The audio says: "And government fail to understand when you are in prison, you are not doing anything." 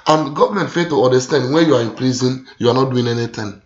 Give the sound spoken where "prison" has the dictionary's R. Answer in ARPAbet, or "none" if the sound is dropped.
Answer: L